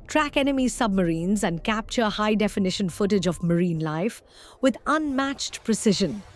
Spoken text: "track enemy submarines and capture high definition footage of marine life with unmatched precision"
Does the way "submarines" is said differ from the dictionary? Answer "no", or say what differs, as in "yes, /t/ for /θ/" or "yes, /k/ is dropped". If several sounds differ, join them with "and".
no